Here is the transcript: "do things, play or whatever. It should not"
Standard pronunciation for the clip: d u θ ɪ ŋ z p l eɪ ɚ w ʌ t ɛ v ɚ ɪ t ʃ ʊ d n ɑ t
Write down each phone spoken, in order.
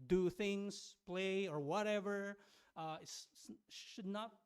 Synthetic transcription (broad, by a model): d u θ ɪ ŋ z p l eɪ ɚ w ʌ t ɛ v ɚ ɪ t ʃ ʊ d n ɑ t